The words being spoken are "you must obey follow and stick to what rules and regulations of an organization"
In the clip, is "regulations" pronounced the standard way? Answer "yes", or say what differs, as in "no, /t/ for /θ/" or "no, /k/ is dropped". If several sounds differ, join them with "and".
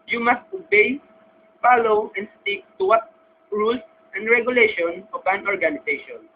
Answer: no, /z/ is dropped